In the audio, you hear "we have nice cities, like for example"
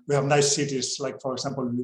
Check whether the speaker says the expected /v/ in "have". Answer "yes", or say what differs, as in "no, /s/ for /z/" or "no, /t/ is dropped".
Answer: yes